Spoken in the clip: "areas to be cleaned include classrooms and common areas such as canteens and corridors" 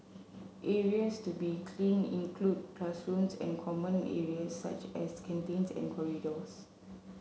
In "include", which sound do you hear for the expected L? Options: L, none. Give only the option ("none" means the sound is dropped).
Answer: L